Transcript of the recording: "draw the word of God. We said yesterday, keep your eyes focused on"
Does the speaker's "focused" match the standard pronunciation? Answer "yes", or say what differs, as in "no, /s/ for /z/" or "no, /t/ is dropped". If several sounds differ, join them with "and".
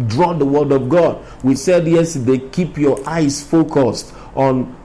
yes